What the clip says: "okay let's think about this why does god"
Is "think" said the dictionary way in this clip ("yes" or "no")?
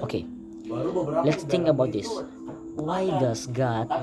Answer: no